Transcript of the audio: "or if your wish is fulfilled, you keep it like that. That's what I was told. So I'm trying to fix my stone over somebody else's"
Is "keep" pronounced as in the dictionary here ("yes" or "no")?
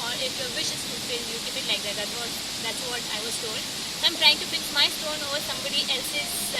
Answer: no